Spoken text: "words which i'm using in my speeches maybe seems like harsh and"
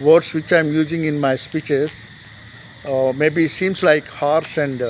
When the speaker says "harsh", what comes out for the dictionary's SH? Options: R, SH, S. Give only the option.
S